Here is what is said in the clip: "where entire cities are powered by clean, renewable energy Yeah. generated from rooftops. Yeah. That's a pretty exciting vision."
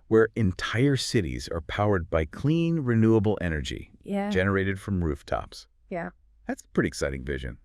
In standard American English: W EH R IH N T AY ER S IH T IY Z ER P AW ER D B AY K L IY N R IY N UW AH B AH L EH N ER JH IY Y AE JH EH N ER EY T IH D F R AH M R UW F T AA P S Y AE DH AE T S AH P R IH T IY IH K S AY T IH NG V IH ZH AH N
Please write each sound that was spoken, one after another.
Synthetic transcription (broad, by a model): W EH R IH N T AY ER S IH T IY Z ER P AW ER D B AY K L IY N R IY N UW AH B L EH N ER JH IY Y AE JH EH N ER EY T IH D F R AH M R UW F T AA P S Y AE DH AE T S AH P R IH T IY IH K S AY T IH NG V IH ZH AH N